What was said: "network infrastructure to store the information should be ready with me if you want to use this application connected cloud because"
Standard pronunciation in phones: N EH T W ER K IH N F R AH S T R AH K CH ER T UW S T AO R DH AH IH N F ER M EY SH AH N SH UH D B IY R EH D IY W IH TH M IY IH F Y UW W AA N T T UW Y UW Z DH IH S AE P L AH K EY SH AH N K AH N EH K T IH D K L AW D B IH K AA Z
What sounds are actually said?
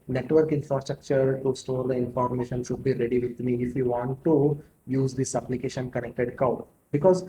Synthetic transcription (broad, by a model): N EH T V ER K IH N F R AH S T R AH K CH ER T UW S T AO R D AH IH N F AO M EY SH AH N SH UH D B IY R EH D IY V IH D M IY IH F Y UW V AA N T T UW Y UW Z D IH S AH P L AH K EY SH AH N K AH N EH K T IH D K AW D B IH K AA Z